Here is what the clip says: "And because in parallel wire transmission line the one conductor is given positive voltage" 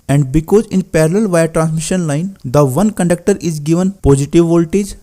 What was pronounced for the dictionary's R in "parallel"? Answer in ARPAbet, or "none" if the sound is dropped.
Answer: R